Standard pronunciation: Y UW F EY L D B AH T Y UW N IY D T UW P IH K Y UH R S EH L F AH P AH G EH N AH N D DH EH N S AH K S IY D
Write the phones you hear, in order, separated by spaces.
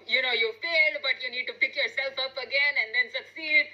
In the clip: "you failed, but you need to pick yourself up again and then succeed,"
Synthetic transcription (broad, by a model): Y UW F EY L D B AH T Y UW N IY D T UW P IH K Y UH R S EH L F AH P AH G EH N AH N D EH N S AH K S IY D